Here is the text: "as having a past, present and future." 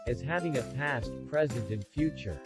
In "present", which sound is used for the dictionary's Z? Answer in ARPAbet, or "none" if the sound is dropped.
Z